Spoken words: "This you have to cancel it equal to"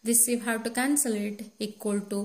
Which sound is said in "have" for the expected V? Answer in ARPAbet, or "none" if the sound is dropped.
W